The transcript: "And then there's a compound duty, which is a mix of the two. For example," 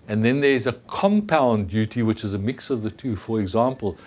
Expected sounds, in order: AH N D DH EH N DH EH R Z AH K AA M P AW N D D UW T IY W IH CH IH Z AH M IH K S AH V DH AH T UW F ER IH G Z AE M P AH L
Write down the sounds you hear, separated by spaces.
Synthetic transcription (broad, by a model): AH N DH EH N DH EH R Z AH K AA M P AW N D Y UW T IY W IH CH IH Z AH M IH K S AH V DH AH T UW F ER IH G Z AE M P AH L